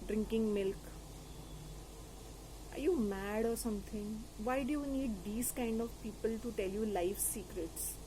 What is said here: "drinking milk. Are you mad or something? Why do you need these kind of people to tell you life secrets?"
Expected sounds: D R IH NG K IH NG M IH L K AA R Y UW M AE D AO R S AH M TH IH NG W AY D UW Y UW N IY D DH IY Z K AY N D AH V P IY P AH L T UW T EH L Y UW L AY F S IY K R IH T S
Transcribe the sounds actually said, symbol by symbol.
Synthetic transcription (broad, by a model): D R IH NG K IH NG M IH L K AA R Y UW M AE D AO R S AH M T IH NG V AY D UW Y UW N IY D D IY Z K AY N D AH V P IY P AH L T UW T EH L Y UW L AY F S IY K R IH T S